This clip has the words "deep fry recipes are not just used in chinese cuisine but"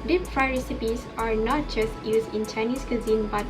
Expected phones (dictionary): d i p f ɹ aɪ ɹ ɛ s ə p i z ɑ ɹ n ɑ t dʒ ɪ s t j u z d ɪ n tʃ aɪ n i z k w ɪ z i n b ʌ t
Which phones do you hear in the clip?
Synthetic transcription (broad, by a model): d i p f ɹ aɪ ɹ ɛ s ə p i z ɑ ɹ n ɑ t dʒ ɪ s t j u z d ɪ n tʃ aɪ n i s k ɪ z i n b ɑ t